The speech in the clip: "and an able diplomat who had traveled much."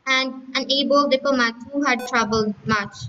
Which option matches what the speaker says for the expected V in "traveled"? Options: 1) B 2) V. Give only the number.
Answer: 1